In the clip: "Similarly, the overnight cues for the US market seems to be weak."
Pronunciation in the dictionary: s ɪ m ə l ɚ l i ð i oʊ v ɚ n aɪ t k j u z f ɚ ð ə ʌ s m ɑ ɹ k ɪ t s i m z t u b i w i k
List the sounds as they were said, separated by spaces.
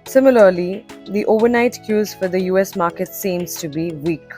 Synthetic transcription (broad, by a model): s ɪ m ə l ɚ l i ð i oʊ v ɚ n aɪ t k j u z f ɚ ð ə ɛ s m ɑ ɹ k ɪ t s i m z t u b i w i k